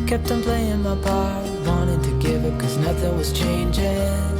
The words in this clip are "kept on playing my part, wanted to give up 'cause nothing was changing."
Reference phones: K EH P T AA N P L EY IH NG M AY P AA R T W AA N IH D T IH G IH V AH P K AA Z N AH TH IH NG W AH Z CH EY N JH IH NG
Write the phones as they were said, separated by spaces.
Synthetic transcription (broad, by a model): K EH P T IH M P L EY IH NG M AY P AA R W AA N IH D T IH G IH V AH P K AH Z N AH TH IH NG W AH Z CH EY N JH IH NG